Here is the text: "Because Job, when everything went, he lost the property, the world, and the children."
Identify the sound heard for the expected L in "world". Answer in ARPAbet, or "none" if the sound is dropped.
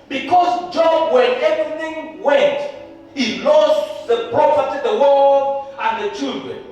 none